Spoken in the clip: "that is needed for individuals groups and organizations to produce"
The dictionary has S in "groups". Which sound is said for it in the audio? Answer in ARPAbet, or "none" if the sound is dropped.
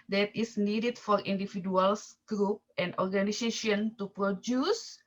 none